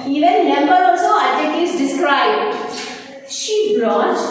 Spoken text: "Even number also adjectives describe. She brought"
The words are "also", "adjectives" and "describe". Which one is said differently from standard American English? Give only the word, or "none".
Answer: adjectives